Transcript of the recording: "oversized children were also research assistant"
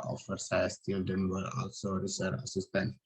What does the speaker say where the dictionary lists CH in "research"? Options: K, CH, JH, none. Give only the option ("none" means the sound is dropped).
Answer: none